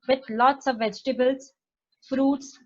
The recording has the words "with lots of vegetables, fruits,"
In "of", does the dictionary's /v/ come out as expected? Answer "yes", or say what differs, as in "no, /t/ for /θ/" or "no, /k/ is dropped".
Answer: yes